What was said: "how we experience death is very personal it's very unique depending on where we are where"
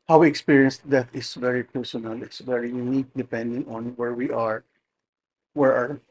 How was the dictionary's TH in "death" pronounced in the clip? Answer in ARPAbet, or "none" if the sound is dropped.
T